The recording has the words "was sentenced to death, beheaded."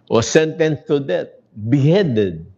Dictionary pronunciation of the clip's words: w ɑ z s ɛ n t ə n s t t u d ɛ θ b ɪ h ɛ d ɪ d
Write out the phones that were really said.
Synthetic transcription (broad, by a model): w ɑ s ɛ n t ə n s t t u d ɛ t b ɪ h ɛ d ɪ d